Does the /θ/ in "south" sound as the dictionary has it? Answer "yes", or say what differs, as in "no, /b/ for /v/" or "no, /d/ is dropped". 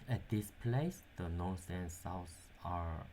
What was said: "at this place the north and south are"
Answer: no, /s/ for /θ/